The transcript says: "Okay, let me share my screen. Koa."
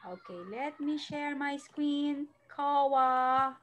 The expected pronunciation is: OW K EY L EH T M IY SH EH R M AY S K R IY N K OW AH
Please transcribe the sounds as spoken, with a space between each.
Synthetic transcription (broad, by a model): OW K EY L EH T M IY SH EH R M AY S K W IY N K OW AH